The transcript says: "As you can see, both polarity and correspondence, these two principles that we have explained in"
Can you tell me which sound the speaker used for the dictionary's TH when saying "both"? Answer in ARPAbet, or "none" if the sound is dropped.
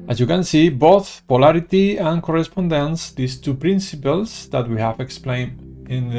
TH